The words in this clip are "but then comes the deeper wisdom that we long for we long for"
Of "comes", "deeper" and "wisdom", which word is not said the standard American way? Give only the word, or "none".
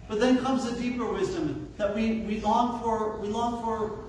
none